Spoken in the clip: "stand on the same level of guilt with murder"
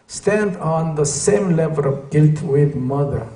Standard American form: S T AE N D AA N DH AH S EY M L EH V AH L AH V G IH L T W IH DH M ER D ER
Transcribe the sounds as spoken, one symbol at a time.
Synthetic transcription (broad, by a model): S T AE N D AA N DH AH S EY M L EH V AH L AH V G IH L T W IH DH M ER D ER